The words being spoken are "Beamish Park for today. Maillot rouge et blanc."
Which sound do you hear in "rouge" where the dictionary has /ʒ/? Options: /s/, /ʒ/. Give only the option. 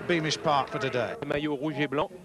/ʒ/